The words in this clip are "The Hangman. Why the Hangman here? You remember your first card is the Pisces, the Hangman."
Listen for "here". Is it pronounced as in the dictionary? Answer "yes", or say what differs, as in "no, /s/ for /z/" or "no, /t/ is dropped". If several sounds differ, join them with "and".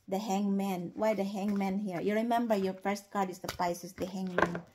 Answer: yes